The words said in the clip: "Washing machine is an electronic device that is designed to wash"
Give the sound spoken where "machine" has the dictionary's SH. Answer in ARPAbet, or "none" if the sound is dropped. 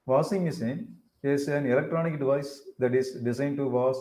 S